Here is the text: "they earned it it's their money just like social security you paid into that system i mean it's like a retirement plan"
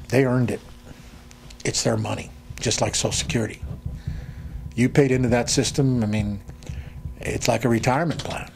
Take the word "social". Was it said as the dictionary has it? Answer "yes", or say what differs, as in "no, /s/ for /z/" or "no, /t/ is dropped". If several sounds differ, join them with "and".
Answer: no, /ʃ/ is dropped